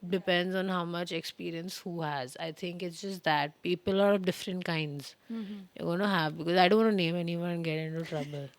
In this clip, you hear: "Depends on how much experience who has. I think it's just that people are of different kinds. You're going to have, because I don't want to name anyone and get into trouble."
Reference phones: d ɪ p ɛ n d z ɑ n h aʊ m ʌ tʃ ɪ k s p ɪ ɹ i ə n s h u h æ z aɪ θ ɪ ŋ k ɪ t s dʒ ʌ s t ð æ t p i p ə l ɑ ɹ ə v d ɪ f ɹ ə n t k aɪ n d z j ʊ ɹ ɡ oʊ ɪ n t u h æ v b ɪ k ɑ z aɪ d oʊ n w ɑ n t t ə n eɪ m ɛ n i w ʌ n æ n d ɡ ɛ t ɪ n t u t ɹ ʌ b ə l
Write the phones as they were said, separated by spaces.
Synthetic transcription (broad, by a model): d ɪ p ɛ n d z ɑ n h aʊ m ʌ tʃ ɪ k s p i ɹ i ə n s h u h æ z aɪ t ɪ ŋ k ɪ t s dʒ ʌ s t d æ t p i p ə l ɑ ɹ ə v d ɪ f ɹ ə n t k aɪ n d z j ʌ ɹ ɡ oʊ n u h æ v b ɪ k ɑ z aɪ d oʊ n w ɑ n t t n eɪ m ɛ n i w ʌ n n ɡ ɛ t ɪ n t u t ɹ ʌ b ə l